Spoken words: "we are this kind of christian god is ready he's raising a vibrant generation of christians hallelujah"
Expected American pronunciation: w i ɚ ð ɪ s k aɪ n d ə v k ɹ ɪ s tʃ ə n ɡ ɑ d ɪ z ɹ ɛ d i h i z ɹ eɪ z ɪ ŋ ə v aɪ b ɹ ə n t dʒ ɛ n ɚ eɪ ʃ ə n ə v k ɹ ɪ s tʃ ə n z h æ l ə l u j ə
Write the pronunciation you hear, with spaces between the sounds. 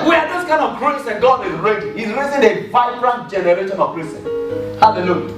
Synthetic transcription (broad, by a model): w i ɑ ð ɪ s k aɪ n d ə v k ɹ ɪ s ə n ɡ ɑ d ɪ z ɹ ɛ d i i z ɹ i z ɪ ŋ ə v aɪ b ɹ ə n t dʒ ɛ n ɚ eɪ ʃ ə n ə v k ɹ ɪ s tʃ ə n h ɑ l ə l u j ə